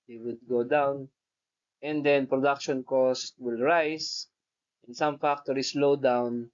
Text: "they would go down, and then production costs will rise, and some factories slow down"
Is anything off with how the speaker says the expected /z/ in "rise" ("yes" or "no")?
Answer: yes